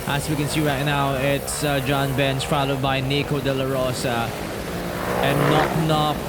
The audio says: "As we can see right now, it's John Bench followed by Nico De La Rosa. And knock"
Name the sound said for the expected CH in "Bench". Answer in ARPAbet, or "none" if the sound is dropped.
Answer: S